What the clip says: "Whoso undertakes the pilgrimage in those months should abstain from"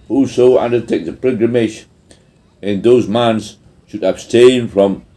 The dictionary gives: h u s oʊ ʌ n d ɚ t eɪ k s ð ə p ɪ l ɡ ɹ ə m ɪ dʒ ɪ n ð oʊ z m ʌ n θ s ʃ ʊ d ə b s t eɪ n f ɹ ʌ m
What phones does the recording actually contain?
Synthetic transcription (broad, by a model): h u s oʊ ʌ n d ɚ t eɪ k ð ə p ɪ ɡ ɹ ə m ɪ ʃ ɪ n ð oʊ z m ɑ n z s ʃ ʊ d ə b s t eɪ n f ɹ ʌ m